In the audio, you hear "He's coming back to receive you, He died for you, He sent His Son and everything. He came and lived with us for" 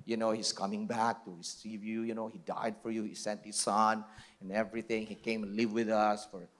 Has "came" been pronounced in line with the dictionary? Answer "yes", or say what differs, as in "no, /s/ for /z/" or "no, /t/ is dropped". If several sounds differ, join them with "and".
no, /m/ is dropped